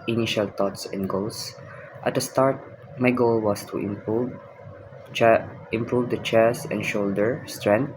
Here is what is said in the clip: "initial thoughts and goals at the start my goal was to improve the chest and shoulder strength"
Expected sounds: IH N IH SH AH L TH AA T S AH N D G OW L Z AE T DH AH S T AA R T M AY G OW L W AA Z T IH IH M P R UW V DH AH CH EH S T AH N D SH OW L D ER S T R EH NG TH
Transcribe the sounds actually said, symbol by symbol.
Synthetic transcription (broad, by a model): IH N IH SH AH L T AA T S AH N D G OW L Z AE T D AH S T AA R T M AY G OW L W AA S T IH IH M P R UW V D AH CH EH S AH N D SH OW L D ER S T R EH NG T